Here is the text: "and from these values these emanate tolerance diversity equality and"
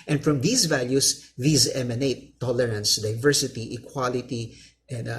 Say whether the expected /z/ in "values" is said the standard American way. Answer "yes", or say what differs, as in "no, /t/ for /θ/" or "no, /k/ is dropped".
no, /s/ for /z/